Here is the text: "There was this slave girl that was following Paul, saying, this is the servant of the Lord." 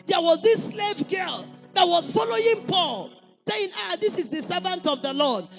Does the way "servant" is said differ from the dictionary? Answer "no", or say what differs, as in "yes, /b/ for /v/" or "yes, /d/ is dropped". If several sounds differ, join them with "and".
no